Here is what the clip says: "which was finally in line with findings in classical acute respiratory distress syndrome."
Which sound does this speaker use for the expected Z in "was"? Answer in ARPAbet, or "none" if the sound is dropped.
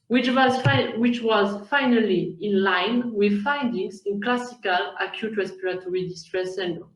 Z